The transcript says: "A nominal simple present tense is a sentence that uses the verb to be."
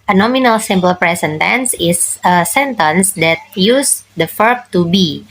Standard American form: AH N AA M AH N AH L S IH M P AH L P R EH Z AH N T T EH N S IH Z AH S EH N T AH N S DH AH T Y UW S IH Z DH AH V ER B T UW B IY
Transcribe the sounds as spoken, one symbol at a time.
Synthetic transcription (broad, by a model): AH N AA M AH N AH L S IH M P AH L P R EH S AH N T T EH N S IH S AH S EH N T AH N S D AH T Y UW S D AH F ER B T UW B IY